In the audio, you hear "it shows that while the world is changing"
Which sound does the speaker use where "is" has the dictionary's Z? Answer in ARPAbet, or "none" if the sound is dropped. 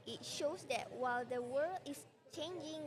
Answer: S